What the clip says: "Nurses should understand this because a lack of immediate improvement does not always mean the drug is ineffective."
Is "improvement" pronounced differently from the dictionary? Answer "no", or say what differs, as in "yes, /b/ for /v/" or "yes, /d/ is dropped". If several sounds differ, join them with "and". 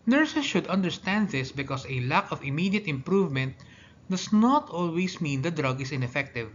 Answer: no